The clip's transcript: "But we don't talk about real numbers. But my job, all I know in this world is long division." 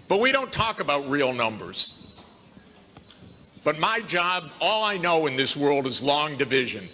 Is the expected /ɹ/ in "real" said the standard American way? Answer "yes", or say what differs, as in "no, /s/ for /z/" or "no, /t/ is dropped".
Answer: yes